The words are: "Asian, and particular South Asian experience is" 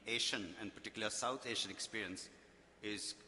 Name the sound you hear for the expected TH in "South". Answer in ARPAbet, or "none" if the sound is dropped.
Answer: T